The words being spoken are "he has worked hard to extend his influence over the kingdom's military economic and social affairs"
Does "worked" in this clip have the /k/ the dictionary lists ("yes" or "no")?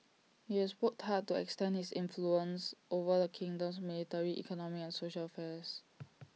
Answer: no